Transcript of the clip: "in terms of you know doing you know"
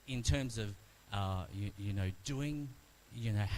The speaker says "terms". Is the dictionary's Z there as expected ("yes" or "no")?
yes